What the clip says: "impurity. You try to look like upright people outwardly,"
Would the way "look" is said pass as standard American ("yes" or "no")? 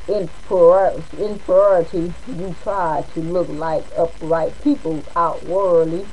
yes